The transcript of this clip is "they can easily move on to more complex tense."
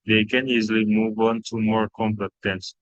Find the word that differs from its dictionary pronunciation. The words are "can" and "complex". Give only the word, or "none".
complex